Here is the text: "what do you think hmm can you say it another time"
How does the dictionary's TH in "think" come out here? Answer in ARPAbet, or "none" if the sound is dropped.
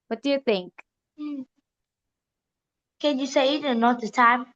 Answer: TH